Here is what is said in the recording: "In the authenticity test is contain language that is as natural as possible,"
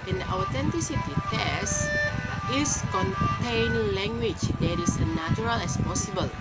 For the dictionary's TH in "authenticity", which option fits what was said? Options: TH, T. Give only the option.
T